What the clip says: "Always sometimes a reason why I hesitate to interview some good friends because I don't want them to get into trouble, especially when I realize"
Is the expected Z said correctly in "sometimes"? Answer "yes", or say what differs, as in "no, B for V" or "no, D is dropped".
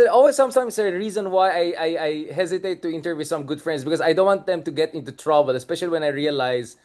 no, S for Z